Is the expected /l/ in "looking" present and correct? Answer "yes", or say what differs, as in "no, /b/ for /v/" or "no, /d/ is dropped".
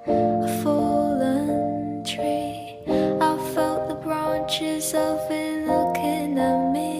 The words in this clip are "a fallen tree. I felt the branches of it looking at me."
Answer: no, /n/ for /l/